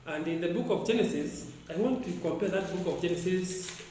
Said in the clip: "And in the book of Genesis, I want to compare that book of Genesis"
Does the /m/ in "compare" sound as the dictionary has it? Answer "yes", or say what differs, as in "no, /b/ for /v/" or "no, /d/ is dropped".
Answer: yes